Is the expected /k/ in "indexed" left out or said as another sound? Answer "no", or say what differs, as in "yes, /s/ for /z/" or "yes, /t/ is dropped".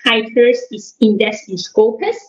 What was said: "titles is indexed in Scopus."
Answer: yes, /k/ is dropped